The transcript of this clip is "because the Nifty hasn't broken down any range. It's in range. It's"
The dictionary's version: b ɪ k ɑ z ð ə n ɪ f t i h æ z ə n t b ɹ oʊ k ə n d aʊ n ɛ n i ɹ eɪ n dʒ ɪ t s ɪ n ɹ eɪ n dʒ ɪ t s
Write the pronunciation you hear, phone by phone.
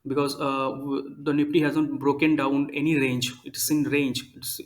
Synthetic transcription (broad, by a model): b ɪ k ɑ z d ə n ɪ p t i h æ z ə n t b ɹ oʊ k ə n d aʊ n ɛ n i ɹ eɪ n dʒ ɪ t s ɪ n ɹ eɪ n dʒ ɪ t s